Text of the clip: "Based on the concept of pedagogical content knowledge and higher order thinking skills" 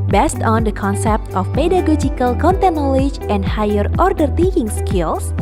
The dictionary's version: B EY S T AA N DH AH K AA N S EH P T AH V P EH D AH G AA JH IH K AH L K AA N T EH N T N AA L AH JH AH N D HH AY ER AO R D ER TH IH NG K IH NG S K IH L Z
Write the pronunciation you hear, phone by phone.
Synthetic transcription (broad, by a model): B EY S T AA N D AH K AA N S EH P T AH F P EH D AH G AA JH IH K AH L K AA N T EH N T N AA L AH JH AH N D HH AY ER AO R D ER T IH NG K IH NG S K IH L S